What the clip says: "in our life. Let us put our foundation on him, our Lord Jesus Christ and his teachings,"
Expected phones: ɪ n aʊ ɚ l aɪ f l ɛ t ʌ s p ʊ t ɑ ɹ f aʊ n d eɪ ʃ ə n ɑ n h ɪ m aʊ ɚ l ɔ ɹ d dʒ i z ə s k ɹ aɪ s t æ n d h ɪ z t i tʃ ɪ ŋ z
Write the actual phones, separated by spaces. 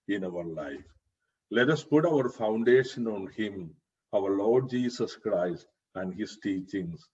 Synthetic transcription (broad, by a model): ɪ n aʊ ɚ l aɪ f l ɛ t ʌ s p ʊ t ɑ ɹ f aʊ n d eɪ ʃ ə n ɑ n h ɪ m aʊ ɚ l ɔ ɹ d dʒ i s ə s k ɹ aɪ s t æ n d h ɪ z t i tʃ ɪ ŋ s